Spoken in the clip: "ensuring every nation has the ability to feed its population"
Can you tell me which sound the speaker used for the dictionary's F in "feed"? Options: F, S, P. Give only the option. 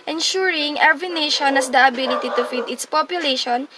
F